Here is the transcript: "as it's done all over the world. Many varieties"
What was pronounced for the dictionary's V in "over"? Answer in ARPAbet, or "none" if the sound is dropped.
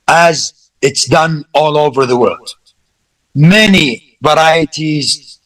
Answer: V